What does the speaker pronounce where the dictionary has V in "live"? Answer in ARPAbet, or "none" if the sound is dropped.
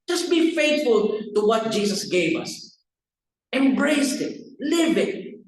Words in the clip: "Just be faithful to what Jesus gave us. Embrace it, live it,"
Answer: B